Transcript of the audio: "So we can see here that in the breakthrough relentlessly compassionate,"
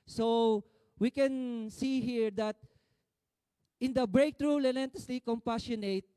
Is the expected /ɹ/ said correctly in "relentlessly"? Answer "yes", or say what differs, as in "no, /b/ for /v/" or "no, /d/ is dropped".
no, /l/ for /ɹ/